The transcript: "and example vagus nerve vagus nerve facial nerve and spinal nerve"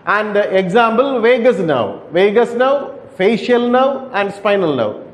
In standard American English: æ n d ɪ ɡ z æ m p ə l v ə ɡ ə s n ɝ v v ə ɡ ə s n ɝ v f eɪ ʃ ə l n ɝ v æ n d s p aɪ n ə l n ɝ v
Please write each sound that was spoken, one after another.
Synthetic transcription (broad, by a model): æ n d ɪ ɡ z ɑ m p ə l v ə ɡ ə s n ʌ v v ə ɡ ə s n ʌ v f eɪ ʃ ə l n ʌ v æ n d s p aɪ n ə l n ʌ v